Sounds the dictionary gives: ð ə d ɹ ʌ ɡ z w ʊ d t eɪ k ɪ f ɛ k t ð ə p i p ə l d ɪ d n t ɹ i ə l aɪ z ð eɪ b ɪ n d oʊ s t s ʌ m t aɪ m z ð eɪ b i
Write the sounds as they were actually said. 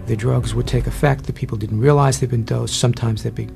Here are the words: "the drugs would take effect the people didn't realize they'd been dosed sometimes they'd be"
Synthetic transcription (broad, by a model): ð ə d ɹ ʌ ɡ z w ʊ d t eɪ k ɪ f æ k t ð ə p i p l d ɪ d n t ɹ i ə l aɪ z ð eɪ b ɪ n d oʊ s s ʌ m t aɪ m z ð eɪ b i